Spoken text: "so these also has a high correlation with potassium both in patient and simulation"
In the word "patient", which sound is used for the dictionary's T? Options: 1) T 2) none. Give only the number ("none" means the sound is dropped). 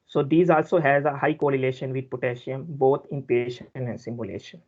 2